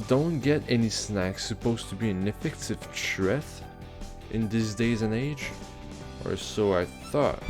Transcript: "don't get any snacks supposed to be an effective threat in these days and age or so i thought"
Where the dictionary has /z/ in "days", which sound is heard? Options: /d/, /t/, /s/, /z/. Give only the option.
/z/